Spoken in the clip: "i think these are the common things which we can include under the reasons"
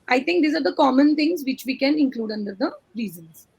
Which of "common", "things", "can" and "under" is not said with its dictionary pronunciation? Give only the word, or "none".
things